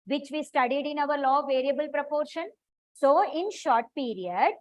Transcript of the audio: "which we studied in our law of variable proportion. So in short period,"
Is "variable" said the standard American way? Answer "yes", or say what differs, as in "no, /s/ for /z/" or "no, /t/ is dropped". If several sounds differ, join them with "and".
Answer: yes